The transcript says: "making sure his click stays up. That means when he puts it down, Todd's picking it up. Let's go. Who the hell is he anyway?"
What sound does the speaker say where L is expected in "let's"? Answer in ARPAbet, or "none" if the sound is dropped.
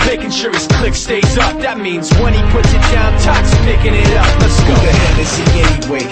N